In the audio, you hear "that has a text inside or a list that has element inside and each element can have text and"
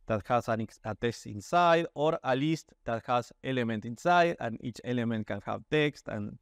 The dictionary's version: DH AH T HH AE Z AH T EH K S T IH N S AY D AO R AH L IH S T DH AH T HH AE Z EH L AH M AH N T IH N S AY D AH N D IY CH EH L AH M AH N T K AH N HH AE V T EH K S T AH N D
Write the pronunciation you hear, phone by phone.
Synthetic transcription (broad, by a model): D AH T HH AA S AH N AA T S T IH N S AY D AO R AH L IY S T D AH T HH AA S EH L AH M AH N T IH N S AY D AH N IY CH EH L AH M AH N T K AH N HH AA B T EH K S T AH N